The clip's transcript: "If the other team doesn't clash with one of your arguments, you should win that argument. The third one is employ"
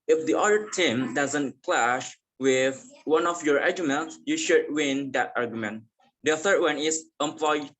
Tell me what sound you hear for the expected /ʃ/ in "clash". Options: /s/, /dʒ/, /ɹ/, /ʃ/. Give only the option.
/ʃ/